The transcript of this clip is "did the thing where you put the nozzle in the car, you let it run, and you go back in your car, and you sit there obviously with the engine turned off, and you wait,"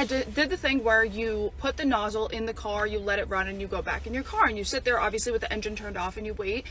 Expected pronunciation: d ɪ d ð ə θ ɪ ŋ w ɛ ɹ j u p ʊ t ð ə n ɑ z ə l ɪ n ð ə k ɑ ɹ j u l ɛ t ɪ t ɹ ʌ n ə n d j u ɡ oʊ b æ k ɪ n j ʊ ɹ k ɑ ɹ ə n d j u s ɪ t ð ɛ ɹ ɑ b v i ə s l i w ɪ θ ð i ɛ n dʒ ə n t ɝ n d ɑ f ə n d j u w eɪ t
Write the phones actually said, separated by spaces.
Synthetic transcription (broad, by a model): d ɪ d ð ə θ ɪ ŋ w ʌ ɹ j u p ʊ t ð ə n ɑ z l ɪ n ð ə k ɑ ɹ j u l ɛ t ɪ t ɹ ʌ n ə n j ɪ ɡ oʊ b æ k ɪ n j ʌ ɹ k ɑ ɹ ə n j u s ɪ t ð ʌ ɹ ɑ b v i ə s l i w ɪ ð i ɛ n dʒ ə n t ɝ n d ɑ f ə n j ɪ w eɪ t